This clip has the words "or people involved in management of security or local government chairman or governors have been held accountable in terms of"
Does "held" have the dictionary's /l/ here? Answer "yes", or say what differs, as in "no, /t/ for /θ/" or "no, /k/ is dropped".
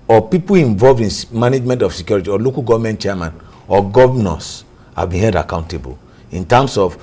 no, /l/ is dropped